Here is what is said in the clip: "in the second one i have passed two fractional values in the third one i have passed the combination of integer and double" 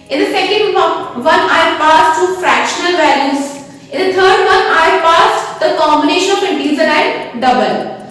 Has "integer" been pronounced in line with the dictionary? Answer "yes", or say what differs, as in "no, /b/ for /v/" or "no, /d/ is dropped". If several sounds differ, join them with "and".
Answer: no, /z/ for /dʒ/